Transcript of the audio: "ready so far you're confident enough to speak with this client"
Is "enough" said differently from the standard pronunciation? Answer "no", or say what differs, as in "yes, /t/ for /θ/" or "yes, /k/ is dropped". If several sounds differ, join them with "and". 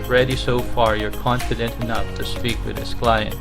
no